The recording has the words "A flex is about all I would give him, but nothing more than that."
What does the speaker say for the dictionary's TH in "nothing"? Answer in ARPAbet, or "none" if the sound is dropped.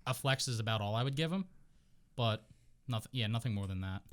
TH